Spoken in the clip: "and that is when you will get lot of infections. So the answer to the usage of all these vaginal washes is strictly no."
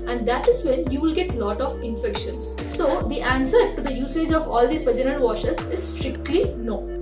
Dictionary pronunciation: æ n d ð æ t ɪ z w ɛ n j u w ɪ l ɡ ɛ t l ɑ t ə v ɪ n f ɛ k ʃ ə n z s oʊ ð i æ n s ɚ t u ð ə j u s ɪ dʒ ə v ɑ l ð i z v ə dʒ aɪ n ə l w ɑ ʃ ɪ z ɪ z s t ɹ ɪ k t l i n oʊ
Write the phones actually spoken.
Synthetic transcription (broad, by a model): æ n d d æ t ɪ z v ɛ n j u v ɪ l ɡ ɛ t l ɑ t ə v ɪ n f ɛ k ʃ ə n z s oʊ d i æ n s ɚ t u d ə j u s ɪ dʒ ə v ɑ l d i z p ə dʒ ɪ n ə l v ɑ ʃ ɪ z ɪ z s t ɹ ɪ k t l i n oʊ